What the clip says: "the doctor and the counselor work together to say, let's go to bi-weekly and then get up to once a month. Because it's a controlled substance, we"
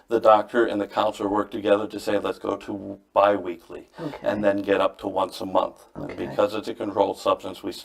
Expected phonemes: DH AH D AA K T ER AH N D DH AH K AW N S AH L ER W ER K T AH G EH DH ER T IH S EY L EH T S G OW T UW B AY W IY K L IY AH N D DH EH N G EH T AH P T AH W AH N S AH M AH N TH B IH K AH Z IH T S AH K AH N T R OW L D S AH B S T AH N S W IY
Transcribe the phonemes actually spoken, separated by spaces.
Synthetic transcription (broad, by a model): DH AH D AA K T ER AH N DH AH K AW N S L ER W ER K T AH G EH DH ER T IH S EY L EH T S G OW T UW B AY W IY K L IY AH N DH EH N G EH T AH P T AH W AH N S AH M AH N TH B IH K AH Z IH T S AH K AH N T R OW L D S AH B S T AH N S W IY